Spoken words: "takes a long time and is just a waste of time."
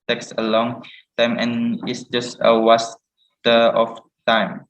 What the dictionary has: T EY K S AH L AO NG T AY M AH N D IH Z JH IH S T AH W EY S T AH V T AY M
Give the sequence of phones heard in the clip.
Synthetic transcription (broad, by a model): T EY K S AH L AO NG T AY M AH N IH S JH IH S T AH W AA S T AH F T AY M